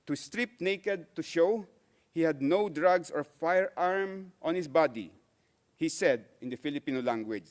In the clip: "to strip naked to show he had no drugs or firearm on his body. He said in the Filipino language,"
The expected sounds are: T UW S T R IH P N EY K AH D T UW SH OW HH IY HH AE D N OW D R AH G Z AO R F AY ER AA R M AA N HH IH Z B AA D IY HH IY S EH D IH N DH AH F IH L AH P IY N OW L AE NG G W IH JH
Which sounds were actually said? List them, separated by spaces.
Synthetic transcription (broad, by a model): T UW S T R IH P N EY K AH D T UW SH OW HH IY HH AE D N OW D R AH G S AO R F AY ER AA R M AA N HH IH S B AA D IY HH IY S EH D IH N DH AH F IH L AH P IY N OW L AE NG G W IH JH